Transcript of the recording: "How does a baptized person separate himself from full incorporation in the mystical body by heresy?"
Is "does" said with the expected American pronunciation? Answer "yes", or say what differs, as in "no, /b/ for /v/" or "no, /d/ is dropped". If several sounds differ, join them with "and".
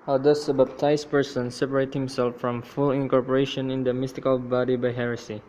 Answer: no, /s/ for /z/